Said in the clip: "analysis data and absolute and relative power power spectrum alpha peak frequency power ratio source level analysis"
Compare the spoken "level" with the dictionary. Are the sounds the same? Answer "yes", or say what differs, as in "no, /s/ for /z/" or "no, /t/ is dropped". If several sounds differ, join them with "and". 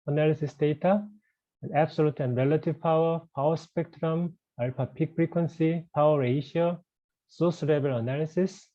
no, /b/ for /v/